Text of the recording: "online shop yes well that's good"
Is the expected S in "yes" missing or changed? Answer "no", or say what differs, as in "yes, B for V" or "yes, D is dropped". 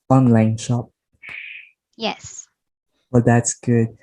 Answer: no